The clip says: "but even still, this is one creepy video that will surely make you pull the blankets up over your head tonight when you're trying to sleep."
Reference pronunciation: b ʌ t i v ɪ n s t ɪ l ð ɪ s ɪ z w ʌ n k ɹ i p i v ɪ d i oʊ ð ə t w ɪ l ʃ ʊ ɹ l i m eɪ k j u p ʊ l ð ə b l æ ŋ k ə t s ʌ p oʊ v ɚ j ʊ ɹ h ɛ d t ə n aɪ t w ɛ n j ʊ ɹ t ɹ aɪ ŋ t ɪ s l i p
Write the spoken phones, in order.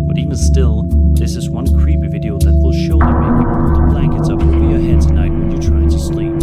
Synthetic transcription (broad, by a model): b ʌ t i v ɪ n s t ɪ l ð ɪ s ɪ z w ʌ n k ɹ i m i v ɪ d i oʊ ð ə t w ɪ l ʃ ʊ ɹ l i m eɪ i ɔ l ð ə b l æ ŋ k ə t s ʌ p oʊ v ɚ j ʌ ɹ h ɛ d t ə n aɪ t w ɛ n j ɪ t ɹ aɪ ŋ t ɪ s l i